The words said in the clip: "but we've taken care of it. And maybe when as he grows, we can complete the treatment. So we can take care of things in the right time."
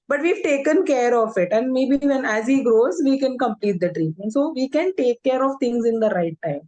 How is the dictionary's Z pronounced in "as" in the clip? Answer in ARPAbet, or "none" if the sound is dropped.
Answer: Z